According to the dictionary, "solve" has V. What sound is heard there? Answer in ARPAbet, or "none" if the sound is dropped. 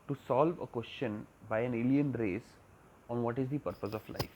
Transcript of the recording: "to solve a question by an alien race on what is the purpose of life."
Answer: V